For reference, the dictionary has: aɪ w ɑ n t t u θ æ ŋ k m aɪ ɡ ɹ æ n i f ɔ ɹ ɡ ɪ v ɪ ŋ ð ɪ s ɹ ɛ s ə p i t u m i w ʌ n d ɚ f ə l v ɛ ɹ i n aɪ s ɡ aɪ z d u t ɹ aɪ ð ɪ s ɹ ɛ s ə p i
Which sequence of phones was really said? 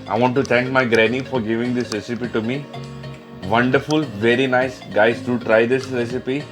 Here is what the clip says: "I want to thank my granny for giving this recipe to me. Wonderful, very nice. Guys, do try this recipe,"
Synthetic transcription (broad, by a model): aɪ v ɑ n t t u t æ ŋ k m aɪ ɡ ɹ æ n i f ɔ ɹ ɡ ɪ v ɪ ŋ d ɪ s ɹ ɛ s ə p i t u m i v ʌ n d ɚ f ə l v ɛ ɹ i n aɪ s ɡ aɪ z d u t ɹ aɪ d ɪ s ɹ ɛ s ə p i